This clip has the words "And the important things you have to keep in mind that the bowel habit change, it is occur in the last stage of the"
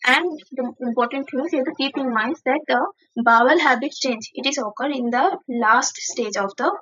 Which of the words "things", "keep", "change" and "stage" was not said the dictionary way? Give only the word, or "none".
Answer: things